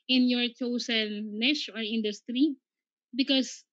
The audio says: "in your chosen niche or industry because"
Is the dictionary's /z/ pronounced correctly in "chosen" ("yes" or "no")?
no